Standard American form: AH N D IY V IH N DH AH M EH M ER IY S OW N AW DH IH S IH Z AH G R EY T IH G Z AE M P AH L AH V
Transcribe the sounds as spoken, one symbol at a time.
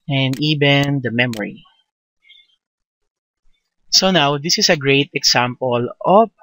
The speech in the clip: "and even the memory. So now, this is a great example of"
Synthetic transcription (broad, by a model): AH N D IY V IH N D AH M EH M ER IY S OW N AW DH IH S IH S AH G R EY T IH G S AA M P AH L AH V